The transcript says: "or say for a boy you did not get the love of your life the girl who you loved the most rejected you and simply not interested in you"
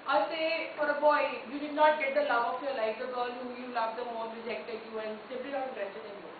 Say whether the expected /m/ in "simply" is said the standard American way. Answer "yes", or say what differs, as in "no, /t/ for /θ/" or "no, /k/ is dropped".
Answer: no, /m/ is dropped